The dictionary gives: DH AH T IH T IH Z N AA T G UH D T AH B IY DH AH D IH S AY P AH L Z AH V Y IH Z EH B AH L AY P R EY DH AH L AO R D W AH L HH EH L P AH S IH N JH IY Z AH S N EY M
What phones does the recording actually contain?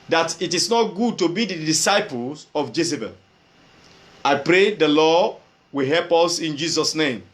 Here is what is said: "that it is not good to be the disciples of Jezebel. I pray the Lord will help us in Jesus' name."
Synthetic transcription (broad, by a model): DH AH T IH T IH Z N AA T G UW D T AH B IY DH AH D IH S AY P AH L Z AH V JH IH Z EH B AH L AY P R EY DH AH L AO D W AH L HH EH L P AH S IH N JH IY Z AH S N EY M